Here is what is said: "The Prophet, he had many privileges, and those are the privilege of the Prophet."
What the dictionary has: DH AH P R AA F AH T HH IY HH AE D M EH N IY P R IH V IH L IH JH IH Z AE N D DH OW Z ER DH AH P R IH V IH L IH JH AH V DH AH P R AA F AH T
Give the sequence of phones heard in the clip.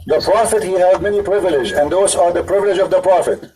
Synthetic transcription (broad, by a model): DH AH P R AA F AH T HH IY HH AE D M EH N IY P R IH V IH L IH JH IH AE N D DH OW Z ER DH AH P R IH V IH L IH JH AH V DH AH P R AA F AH T